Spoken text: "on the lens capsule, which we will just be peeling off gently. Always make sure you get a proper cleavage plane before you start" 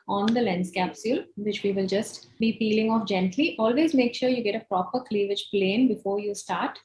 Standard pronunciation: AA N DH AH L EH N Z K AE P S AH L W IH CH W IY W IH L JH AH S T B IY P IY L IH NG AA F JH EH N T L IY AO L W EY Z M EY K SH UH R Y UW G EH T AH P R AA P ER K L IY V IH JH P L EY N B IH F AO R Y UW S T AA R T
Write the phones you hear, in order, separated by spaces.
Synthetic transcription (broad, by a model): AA N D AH L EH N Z K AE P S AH L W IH CH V IY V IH L JH AH S T B IY P IY L IH NG AA F JH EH N T L IY AO L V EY Z M EY K SH UH R Y UW G EH T AH P R AA P ER K L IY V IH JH P L EY N B IH F AO R Y UW S T AA R T